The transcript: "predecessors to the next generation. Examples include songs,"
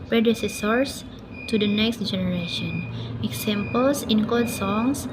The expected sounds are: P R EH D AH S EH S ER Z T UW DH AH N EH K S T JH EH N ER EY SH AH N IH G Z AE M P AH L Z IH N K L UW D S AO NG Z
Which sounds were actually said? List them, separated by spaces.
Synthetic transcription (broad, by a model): P R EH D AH S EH S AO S T UW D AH N EH K S T JH EH N ER EY SH AH N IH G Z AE M P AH L S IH N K AO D S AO NG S